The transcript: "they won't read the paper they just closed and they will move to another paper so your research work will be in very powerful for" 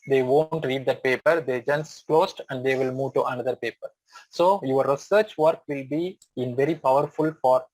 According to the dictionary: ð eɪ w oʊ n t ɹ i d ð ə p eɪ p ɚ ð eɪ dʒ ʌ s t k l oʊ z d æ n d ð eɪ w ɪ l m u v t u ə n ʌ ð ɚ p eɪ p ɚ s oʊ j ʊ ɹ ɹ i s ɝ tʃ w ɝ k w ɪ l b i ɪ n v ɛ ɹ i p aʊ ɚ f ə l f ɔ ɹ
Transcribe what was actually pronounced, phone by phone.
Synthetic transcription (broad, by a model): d eɪ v oʊ n t ɹ i d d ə p eɪ p ɚ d eɪ dʒ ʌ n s k l oʊ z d æ n d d eɪ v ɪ l m u v t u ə n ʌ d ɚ p eɪ p ɚ s oʊ j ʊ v ɹ i s ɝ tʃ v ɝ k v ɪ l b i ɪ n v ɛ ɹ i p aʊ ɚ f ə l f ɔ ɹ